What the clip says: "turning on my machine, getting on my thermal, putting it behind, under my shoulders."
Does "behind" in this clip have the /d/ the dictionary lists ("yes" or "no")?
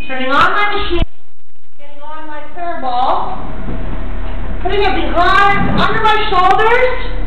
no